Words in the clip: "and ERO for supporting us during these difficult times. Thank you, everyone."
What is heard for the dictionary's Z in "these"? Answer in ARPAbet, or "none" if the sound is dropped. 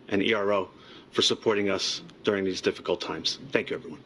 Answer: Z